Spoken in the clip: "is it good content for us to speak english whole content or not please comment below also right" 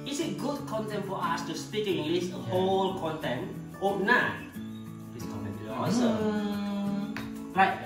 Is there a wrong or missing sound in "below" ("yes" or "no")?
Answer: yes